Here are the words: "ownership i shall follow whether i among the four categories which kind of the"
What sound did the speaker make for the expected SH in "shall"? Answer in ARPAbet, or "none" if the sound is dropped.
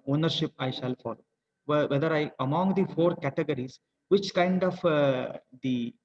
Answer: SH